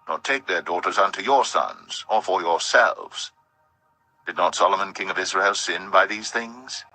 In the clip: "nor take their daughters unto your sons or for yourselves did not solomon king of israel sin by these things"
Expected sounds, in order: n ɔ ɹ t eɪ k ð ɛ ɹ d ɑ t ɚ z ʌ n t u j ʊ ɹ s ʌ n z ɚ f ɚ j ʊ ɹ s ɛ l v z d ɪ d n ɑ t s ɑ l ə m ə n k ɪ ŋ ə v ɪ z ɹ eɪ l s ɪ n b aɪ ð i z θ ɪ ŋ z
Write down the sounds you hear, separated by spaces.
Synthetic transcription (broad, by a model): n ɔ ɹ t eɪ k ð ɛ ɹ d ɑ t ɚ z ʌ n t u j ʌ ɹ s ʌ n z ɚ f ɚ j ʊ ɹ s ɛ l v z d ɪ d n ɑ t s ɑ l ə m ə n k ɪ ŋ ə v ɪ z ɹ eɪ l s ɪ n b aɪ ð i z θ ɪ ŋ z